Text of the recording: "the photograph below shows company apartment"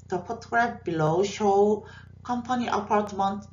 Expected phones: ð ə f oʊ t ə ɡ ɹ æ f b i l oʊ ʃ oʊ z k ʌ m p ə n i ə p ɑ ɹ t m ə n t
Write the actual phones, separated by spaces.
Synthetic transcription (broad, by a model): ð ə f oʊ t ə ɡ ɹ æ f b i l oʊ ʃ oʊ k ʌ m p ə n i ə p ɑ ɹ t m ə n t